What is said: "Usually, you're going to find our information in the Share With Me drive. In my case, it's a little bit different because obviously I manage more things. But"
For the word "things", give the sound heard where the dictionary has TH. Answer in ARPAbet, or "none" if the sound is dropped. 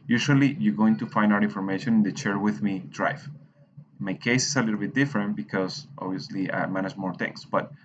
T